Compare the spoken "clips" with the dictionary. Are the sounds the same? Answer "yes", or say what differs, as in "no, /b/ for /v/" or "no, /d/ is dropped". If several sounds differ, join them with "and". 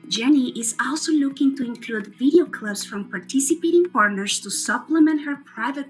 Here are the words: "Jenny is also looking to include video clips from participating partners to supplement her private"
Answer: no, /b/ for /p/